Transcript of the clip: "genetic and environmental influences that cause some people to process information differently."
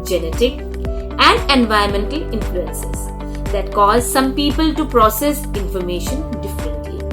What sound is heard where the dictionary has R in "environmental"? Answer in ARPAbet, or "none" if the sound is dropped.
none